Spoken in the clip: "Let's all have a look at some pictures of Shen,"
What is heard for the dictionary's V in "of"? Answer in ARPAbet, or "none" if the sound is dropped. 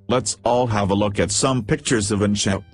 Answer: V